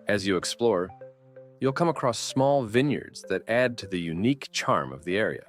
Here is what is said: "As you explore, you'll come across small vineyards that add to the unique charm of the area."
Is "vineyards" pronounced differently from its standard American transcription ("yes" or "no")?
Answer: no